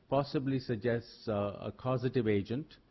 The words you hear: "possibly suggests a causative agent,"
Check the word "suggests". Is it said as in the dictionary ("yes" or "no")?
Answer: yes